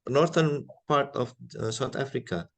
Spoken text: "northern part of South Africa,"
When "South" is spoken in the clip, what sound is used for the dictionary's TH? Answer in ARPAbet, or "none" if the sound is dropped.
T